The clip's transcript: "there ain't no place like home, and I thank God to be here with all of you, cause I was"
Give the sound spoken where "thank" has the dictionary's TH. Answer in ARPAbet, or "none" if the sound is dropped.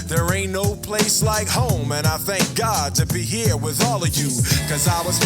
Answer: TH